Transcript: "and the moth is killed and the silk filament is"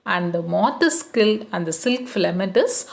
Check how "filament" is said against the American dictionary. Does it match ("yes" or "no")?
no